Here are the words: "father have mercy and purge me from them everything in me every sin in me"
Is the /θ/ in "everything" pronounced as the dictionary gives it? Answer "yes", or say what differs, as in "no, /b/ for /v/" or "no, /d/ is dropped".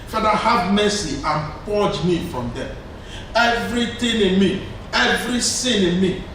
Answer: no, /t/ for /θ/